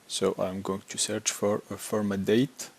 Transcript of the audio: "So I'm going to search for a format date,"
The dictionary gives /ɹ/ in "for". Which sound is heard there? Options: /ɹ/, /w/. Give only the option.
/ɹ/